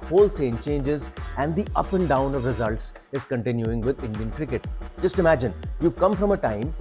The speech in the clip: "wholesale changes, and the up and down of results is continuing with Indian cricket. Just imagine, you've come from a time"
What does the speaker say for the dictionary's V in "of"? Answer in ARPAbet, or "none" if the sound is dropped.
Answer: V